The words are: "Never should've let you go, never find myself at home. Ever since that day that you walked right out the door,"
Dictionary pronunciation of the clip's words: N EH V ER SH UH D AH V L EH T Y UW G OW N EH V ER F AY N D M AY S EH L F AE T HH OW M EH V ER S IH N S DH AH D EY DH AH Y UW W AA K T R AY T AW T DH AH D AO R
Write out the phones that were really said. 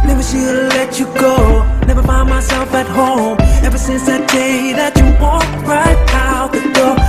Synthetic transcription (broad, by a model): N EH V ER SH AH L EH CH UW G OW N EH V ER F AY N M AY S EH L F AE T HH OW M EH V ER S IH N S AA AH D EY DH AH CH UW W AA T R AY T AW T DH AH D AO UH